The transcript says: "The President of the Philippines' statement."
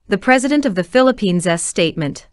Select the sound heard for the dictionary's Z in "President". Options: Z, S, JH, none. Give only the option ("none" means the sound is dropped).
Z